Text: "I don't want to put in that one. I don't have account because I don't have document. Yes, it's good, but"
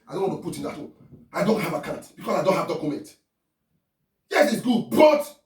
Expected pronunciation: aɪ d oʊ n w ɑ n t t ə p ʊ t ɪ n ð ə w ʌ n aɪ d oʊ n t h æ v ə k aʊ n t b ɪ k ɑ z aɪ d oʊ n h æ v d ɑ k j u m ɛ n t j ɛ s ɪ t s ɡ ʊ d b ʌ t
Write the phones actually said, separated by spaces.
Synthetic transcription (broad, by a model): aɪ d oʊ n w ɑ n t t ə p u t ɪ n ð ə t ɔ aɪ d oʊ n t h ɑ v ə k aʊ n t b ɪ k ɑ s aɪ d oʊ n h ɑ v d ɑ k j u m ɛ n t j ɛ s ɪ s ɡ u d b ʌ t